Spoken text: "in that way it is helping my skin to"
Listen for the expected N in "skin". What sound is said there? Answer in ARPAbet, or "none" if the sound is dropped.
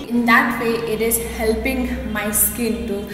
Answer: L